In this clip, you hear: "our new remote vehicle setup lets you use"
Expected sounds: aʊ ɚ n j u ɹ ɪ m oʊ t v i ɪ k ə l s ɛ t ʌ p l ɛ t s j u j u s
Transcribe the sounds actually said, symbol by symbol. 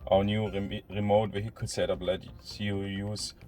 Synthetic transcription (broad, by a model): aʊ n j u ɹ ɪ m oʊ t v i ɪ k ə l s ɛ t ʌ b l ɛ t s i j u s